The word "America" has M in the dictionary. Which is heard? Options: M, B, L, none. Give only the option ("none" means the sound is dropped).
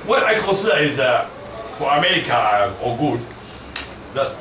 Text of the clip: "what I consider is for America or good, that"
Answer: M